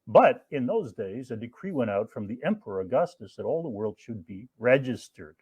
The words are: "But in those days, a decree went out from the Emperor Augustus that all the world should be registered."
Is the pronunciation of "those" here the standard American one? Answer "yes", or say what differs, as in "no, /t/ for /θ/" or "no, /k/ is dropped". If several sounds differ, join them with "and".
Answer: yes